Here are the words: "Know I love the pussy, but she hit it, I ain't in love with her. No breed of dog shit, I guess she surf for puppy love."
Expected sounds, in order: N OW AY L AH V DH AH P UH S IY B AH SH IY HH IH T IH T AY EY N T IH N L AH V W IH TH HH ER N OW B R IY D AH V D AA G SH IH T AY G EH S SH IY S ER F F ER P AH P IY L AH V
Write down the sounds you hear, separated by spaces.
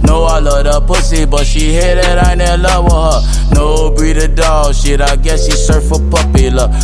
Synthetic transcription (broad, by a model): N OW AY L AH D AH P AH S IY B AH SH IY HH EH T IH T AY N IH L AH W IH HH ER N OW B IY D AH D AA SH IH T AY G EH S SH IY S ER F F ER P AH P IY L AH